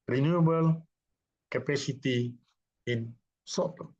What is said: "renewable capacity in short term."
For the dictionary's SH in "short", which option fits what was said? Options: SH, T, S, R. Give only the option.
S